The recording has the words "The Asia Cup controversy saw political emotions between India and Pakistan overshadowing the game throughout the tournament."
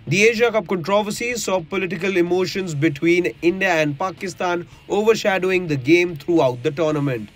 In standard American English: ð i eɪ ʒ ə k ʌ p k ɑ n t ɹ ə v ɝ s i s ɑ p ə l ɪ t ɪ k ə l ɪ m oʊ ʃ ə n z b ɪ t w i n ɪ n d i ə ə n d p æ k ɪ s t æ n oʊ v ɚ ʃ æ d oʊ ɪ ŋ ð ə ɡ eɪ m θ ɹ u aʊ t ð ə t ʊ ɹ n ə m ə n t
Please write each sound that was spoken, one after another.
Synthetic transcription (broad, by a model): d i eɪ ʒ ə k ʌ p k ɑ n t ɹ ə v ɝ s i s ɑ p ə l ɪ t ɪ k ə l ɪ m oʊ ʃ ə n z b ɪ t w i n ɪ n d i ə ə n d p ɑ k ɪ s t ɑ n oʊ v ɚ ʃ æ d oʊ ɪ ŋ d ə ɡ eɪ m t ɹ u aʊ t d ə t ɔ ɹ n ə m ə n t